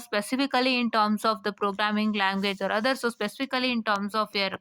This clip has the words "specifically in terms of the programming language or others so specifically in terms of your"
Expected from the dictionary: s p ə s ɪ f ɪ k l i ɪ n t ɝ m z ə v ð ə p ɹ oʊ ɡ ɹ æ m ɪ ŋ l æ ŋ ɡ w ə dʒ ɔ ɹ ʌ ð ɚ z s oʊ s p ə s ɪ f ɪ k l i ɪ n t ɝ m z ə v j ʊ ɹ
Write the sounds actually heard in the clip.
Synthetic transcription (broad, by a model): s p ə s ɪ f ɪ k l i ɪ n t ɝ m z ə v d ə p ɹ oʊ ɡ ɹ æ m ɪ ŋ l æ ŋ ɡ w ə dʒ ɔ ɹ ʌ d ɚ s oʊ s p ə s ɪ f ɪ k l i ɪ n t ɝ m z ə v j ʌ ɹ